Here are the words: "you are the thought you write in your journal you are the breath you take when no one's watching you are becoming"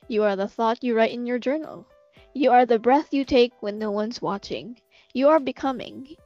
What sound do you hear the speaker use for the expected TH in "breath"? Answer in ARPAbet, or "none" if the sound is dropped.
TH